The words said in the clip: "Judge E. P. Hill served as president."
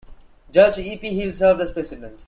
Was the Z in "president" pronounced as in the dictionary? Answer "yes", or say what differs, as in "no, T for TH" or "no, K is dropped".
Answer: no, S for Z